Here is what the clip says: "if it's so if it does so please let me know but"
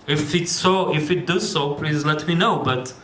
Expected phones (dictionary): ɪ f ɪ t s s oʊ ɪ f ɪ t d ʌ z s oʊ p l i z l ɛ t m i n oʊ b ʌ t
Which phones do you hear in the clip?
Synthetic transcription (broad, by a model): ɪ f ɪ t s s oʊ ɪ f ɪ t d ʌ z s oʊ p l i z l ɛ t m i n oʊ b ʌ t